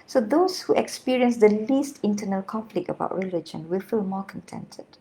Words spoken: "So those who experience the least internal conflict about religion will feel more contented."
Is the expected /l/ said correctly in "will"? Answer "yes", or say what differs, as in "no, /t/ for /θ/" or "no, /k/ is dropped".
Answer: yes